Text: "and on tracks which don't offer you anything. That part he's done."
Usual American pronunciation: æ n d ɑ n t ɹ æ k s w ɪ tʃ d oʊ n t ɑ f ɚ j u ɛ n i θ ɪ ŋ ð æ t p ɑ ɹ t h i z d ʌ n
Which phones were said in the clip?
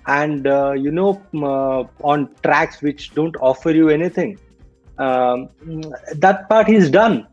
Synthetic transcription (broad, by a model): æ n d ɑ n t ɹ æ k s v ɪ tʃ d oʊ n t ɑ f ɚ j u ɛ n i t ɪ ŋ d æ t p ɑ ɹ t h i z d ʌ n